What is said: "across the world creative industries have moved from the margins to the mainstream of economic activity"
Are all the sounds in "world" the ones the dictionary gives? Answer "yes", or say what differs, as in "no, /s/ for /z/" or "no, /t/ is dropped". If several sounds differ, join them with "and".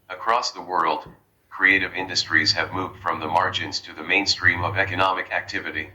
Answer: yes